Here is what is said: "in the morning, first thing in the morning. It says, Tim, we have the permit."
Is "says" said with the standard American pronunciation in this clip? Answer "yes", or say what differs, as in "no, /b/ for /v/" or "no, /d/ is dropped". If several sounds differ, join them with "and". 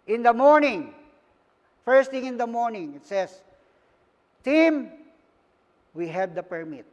no, /s/ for /z/